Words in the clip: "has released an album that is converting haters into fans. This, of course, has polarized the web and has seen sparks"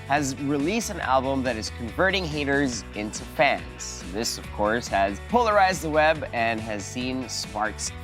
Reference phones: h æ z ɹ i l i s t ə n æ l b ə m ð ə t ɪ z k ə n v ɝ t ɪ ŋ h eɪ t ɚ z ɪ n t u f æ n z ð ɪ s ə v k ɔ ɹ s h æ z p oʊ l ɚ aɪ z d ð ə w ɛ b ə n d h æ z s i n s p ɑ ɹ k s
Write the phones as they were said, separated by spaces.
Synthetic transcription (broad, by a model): h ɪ z ɹ i l i s t ə n æ l b ə m ð ə t ɪ z k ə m v ɝ t ɪ ŋ h eɪ t ɚ z ɪ n t u f æ n z ð ɪ s ə v k ɔ ɹ s h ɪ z p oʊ l ɚ aɪ z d ð ə w ɛ b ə n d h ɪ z s i n s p ɑ ɹ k s